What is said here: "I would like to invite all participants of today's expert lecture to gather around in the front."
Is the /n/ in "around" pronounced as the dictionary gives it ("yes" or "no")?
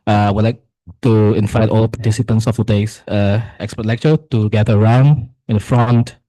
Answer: yes